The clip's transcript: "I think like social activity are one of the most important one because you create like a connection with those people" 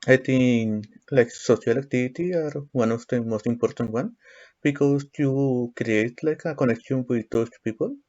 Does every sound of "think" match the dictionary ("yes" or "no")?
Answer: no